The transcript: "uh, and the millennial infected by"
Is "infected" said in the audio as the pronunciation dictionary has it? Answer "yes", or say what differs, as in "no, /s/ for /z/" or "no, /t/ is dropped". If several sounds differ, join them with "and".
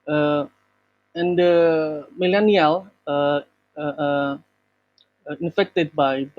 yes